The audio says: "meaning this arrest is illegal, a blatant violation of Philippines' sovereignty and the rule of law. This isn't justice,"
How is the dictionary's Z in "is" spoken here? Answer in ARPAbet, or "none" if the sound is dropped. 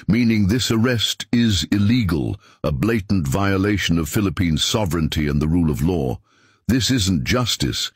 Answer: Z